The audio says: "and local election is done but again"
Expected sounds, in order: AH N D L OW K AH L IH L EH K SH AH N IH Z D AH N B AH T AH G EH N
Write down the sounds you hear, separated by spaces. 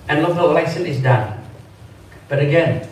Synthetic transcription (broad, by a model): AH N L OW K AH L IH IH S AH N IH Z D AH N B AH T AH G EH N